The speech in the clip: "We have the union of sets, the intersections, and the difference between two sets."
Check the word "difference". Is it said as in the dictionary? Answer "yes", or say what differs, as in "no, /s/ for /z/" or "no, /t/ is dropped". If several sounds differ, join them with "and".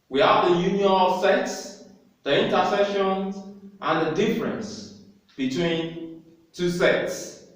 yes